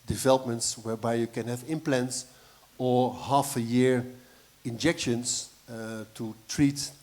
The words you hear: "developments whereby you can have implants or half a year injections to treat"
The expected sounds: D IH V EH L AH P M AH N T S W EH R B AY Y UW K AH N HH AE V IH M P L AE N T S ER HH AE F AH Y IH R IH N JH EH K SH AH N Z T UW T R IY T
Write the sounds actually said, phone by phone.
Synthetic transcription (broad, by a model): D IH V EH L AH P M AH N T S W EH R B AY Y UW K AH N HH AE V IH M P L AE N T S ER HH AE F AH Y IH R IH N JH EH K SH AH N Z T UW T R IY T